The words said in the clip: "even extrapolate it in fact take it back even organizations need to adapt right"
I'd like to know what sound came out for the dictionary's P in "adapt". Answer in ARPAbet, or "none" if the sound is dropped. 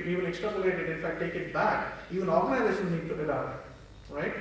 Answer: none